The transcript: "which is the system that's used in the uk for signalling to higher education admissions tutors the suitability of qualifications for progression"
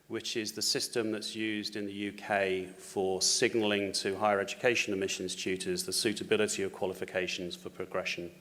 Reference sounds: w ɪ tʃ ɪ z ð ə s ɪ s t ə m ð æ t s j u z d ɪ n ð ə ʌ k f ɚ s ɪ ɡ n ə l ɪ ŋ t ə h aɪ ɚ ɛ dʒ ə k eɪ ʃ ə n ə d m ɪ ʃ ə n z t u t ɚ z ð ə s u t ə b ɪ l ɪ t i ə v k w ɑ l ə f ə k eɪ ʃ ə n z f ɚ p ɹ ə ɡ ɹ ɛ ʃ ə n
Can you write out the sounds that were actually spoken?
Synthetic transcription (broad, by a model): w ɪ tʃ ɪ z ð ə s ɪ s t ə m ð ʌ t s j u z d ɪ n ð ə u k f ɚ s ɪ ɡ n ə l ɪ ŋ t ə h aɪ ɚ ɛ dʒ ə k eɪ ʃ ə n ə m ɪ ʃ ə n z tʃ u t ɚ z ð ə s u t ə b ɪ l ɪ t i ə v k w ɑ l ə f ə k eɪ ʃ ə n z f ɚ p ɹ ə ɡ ɹ ɛ ʃ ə n